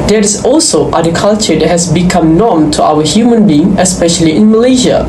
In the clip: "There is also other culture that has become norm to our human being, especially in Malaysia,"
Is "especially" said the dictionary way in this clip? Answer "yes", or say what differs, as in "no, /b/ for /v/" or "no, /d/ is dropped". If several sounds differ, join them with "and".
yes